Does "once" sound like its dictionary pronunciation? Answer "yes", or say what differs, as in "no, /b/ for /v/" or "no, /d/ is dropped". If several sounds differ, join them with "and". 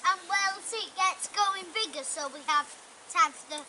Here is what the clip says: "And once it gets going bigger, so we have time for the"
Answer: no, /l/ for /n/